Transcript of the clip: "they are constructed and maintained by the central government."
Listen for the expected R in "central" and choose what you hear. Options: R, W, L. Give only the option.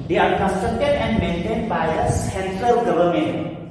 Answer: L